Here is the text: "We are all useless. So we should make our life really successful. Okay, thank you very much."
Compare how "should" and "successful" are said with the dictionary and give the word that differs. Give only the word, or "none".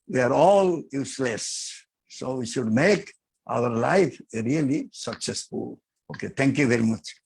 none